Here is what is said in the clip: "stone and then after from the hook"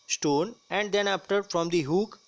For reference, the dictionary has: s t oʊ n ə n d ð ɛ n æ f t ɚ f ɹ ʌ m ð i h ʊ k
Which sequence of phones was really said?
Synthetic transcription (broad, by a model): s t oʊ n ə n d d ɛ n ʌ p t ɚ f ɹ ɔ m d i h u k